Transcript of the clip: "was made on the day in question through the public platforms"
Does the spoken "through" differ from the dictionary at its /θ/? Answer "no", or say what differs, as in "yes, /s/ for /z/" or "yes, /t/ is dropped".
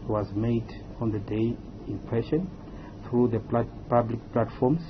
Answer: no